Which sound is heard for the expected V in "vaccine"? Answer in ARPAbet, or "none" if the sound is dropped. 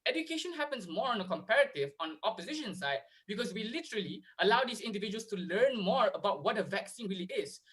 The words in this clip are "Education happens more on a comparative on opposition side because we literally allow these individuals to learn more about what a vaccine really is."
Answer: V